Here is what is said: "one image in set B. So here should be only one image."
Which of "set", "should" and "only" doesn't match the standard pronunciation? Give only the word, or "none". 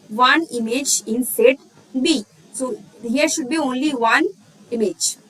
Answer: none